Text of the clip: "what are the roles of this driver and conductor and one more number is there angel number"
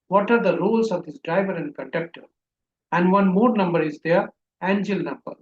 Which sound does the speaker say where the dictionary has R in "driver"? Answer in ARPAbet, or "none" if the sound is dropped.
R